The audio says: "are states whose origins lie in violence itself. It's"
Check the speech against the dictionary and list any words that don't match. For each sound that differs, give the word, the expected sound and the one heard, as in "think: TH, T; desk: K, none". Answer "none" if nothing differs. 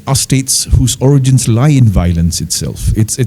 none